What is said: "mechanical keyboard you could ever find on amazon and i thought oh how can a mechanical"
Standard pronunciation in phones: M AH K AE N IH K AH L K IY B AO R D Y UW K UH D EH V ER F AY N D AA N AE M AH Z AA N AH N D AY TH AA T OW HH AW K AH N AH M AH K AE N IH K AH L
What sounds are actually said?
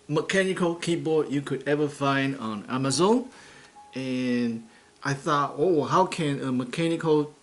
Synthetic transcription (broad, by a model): M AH K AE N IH K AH L K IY B AO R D Y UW K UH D EH V ER F AY N D AA N AE M AH Z AA N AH N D AY TH AA T OW HH AW K AH N AH M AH K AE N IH K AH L